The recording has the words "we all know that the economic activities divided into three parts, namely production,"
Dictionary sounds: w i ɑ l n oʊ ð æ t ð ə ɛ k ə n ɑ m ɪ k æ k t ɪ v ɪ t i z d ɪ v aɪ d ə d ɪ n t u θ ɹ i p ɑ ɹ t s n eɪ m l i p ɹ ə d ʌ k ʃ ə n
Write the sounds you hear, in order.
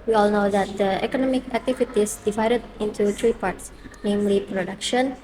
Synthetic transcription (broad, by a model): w i ɑ l n oʊ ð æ t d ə ɛ k ə n ɑ m ɪ k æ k t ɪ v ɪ t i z d ɪ v aɪ d ə d ɪ n t u t ɹ i p ɑ ɹ t s n eɪ m l i p ɹ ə d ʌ k ʃ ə n